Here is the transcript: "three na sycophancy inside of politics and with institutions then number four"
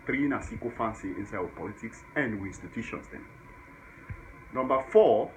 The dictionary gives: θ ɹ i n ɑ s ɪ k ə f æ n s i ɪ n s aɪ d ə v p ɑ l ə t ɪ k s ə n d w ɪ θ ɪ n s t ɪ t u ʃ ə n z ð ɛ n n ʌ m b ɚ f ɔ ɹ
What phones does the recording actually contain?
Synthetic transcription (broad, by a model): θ ɹ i n ɑ s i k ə f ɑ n s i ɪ n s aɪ ə p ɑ l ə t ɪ k s ə n d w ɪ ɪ n s t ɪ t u ʃ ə n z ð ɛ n n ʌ m b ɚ f ɔ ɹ